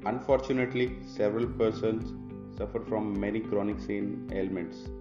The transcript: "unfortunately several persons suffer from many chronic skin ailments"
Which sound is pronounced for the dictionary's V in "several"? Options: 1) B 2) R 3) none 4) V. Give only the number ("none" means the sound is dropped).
4